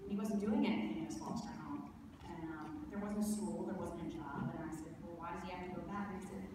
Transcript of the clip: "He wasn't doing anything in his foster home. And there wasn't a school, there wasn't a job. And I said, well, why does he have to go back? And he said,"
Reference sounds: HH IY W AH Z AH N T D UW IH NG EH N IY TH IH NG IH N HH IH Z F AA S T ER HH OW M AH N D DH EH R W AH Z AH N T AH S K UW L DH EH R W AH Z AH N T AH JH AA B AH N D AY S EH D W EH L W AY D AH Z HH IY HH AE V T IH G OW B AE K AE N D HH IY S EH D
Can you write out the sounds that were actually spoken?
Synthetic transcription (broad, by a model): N IY W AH Z N D UW IH NG EH N IY TH IH NG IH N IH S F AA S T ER HH OW M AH N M DH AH R W AH Z AH N T AH S K UW L DH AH R W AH Z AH N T AH JH AA B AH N AY S EH D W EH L W AY D AH Z IY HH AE F T IH G OW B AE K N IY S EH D